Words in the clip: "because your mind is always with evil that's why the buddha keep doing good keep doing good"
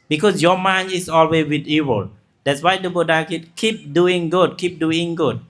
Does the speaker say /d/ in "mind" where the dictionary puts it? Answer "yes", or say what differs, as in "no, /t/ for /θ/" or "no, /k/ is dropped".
no, /d/ is dropped